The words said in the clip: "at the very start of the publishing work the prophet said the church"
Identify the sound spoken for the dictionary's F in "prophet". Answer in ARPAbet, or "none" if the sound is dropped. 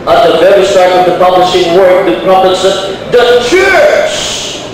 P